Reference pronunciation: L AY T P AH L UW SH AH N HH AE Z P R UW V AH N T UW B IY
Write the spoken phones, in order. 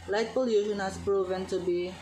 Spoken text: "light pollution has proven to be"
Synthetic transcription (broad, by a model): L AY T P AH L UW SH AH N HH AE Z P R UW V AH N T UW B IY